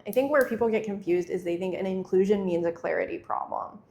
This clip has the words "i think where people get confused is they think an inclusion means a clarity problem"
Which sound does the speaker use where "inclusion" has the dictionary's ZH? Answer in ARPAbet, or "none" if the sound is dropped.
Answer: ZH